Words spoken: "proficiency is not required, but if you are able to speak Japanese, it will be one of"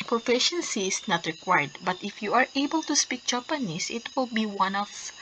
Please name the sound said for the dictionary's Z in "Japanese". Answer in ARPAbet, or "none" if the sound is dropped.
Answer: S